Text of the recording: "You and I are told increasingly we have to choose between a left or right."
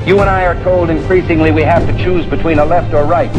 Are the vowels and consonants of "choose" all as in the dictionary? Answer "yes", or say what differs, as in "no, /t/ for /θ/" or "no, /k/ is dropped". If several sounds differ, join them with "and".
yes